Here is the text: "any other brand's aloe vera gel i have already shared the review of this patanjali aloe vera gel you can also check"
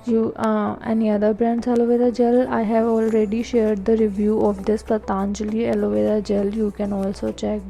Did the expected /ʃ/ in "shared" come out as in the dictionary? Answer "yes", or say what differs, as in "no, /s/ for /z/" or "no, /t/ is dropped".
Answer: yes